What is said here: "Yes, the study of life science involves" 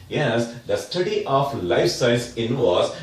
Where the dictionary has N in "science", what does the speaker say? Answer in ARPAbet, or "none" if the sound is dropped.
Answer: none